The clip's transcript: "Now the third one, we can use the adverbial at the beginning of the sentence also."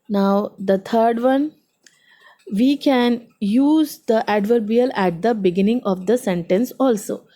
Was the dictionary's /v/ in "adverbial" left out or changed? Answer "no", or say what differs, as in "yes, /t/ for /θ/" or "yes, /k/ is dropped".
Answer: no